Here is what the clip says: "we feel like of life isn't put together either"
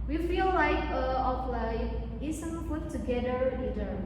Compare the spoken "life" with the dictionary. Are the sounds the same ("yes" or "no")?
no